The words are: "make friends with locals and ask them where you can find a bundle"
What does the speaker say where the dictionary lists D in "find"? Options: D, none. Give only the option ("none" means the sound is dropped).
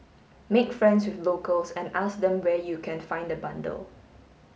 D